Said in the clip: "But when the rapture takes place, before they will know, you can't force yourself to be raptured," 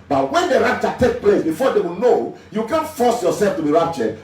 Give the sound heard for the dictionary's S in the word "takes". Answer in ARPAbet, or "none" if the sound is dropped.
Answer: none